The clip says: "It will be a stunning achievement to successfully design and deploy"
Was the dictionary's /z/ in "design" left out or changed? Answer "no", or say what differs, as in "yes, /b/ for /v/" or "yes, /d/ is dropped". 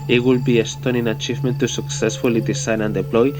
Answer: yes, /s/ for /z/